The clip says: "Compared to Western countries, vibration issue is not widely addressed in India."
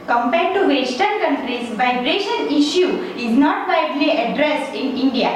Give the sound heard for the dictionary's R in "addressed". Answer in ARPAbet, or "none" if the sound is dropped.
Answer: R